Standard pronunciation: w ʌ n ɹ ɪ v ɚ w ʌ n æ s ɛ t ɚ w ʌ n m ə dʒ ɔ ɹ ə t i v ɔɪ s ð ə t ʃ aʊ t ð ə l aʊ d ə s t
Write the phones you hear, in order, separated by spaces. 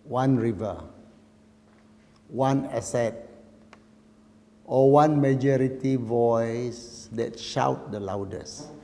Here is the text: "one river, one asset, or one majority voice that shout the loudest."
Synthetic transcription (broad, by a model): w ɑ n ɹ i v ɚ w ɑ n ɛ s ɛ t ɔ w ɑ n m ə dʒ ɔ ɹ ə t i v ɔɪ s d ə t ʃ aʊ t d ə l aʊ d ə s